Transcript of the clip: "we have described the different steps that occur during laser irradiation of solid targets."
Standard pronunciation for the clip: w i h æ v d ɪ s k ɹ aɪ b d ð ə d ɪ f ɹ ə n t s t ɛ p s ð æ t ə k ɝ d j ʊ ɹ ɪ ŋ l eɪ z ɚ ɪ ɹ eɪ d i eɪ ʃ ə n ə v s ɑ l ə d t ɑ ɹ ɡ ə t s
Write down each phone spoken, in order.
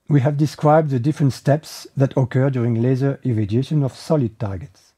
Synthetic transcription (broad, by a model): w i h æ v d ɪ s k ɹ aɪ b d ð ə d ɪ f ɹ ə n t s t ɛ p s ð æ t ə k ɝ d j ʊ ɹ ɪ ŋ l eɪ z ɚ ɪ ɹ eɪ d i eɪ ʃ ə n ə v s ɑ l ə d t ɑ ɹ ɡ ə t s